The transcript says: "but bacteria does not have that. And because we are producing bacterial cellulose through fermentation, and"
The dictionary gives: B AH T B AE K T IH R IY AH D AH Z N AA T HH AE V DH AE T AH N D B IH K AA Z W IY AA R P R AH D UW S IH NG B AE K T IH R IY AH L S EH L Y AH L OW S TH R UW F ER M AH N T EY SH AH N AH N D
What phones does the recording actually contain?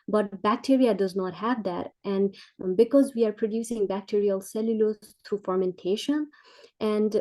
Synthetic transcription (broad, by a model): B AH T B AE K T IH R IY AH D AH Z N AA T HH AE V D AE T AH N D B IH K AA Z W IY AA R P R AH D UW S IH NG B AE K T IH R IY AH L S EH L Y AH L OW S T R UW F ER M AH N T EY SH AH N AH N D